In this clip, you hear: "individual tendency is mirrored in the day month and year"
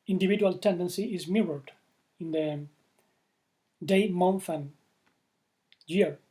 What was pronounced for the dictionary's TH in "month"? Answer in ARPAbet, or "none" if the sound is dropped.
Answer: F